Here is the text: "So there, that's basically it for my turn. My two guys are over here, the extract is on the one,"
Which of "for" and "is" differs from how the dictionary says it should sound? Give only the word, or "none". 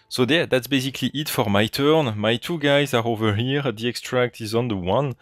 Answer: none